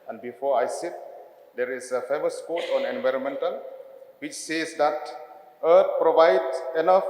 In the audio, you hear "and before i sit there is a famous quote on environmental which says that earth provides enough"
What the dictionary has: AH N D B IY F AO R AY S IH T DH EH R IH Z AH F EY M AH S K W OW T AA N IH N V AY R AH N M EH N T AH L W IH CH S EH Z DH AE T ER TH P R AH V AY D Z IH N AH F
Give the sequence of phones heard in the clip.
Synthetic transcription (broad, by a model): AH N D B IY F AO AY S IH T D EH R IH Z AH F EY M AH S K OW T AA N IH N V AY R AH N M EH N T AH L W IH CH S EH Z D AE T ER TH P R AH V AY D IH N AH F